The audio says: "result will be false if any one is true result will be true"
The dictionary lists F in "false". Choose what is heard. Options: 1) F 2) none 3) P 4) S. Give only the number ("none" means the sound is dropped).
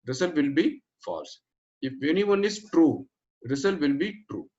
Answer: 1